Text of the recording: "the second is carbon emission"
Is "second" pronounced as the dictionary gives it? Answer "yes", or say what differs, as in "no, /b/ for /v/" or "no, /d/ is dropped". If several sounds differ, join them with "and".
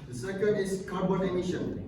no, /n/ is dropped